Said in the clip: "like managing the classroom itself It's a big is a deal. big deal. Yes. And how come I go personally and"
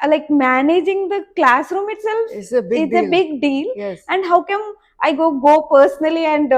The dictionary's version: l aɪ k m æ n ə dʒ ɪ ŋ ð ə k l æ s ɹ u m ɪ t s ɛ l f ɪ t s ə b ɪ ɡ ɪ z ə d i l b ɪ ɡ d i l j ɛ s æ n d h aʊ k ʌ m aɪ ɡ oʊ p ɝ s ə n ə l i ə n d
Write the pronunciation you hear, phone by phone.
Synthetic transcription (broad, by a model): l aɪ k m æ n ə dʒ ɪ ŋ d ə k l æ s ɹ u m ɪ t s ɛ l f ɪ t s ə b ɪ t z ə b ɪ ɡ d i l j ɛ s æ n d h aʊ k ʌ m aɪ ɡ oʊ p ɝ s ə n ə l i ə n d